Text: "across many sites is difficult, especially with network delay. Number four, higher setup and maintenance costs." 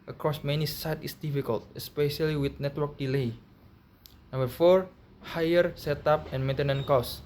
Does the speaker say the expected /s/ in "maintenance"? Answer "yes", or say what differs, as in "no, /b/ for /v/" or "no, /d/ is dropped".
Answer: no, /s/ is dropped